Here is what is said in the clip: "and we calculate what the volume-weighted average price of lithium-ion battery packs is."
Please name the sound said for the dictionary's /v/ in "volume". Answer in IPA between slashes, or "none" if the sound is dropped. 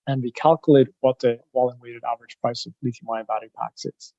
/w/